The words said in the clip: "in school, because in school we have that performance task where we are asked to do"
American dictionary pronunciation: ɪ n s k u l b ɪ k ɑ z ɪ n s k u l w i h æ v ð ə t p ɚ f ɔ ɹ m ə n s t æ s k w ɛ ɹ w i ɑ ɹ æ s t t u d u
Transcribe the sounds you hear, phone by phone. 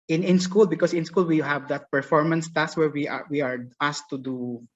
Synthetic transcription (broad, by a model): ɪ n s k u l b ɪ k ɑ s ɪ n s k u l w i h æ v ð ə t p ɚ f ɔ ɹ m ə n s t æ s w ɛ ɹ w i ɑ w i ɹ t t u d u